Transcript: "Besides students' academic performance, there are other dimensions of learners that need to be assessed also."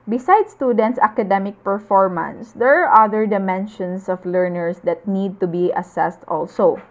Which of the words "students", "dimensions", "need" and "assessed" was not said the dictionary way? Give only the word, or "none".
dimensions